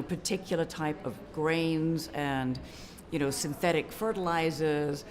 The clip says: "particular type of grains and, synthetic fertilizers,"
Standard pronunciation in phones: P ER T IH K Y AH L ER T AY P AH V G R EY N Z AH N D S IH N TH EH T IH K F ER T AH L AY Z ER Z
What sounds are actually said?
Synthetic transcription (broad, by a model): P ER T IH K Y L ER T AY P AH V G R EY N Z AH N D S IH N TH EH T IH K F ER T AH L AY Z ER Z